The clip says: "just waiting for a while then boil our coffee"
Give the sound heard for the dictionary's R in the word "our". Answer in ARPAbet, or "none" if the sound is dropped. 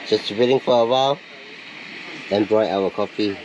W